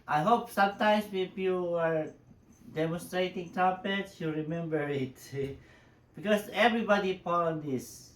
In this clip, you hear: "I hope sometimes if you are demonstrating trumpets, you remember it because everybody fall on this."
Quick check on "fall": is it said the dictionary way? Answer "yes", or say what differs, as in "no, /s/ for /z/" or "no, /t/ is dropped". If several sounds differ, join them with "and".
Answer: no, /p/ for /f/